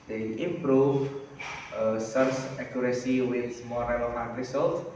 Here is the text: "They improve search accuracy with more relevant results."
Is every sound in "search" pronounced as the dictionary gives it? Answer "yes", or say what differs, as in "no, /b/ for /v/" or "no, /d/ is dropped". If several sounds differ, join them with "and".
no, /s/ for /tʃ/